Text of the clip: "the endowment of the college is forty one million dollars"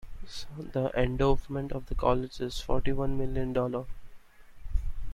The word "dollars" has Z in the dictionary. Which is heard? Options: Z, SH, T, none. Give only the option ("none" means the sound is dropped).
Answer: none